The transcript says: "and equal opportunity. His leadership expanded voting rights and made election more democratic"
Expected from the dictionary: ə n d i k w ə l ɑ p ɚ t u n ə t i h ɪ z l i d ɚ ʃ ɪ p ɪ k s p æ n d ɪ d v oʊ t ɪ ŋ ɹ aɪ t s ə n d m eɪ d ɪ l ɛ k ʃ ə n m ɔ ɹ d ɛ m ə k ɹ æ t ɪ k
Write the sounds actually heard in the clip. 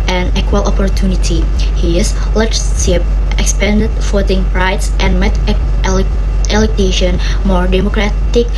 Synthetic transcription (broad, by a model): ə n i k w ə l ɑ p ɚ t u n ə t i h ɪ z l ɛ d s s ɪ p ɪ k s p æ n d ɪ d f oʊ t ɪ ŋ ɹ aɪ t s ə n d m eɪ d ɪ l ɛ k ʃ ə n m ɔ ɹ d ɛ m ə k ɹ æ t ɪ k